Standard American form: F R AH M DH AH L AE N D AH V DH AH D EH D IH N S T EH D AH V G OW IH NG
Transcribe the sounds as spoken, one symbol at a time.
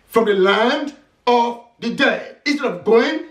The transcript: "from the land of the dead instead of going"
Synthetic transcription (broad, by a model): F R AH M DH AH L AE N D AH V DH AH D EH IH IH N S T EH D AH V G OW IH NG